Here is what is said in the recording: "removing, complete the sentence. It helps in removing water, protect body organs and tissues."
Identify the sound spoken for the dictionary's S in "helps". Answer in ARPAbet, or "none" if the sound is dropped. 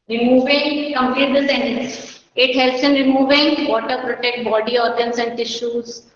S